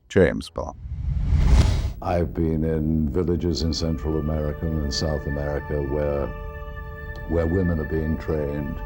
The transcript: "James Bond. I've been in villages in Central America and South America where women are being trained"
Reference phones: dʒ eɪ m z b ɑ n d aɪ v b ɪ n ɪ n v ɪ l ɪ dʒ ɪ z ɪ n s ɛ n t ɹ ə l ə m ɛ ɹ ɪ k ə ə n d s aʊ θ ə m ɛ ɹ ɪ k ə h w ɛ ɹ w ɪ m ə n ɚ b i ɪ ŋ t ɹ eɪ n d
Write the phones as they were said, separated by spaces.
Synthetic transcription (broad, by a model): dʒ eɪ m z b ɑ aɪ v b ɪ n ɪ n v ɪ l ɪ dʒ ɪ z ɪ n s ɛ n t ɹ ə l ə m ɛ ɹ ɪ k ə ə n s aʊ θ ə m ɛ ɹ ɪ k ə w w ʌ ɹ w ɪ m ə n ɚ b i ɪ ŋ t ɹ eɪ n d